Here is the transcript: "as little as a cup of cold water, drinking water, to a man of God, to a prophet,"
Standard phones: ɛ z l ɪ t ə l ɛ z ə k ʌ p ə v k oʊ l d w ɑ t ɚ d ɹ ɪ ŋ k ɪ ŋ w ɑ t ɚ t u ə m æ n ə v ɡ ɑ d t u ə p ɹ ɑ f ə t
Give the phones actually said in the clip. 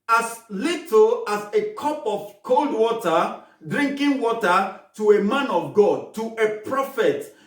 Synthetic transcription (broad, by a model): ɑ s l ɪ t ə l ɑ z ə k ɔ p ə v k oʊ l d w ɑ t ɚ d ɹ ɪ ŋ k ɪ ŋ w ɑ t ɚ t u ə m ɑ n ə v ɡ ɑ d t u ə p ɹ ɑ f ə t